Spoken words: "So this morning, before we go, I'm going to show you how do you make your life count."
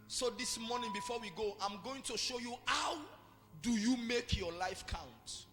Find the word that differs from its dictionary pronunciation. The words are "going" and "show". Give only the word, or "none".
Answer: none